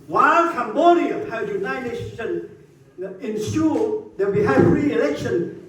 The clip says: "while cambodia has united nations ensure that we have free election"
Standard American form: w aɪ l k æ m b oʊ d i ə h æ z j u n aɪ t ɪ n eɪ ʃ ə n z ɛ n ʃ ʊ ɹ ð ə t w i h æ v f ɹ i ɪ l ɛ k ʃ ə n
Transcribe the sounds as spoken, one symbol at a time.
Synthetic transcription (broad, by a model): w aɪ l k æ m b oʊ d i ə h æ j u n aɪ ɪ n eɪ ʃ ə n ɛ n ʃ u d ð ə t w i h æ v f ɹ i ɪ l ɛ k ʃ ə n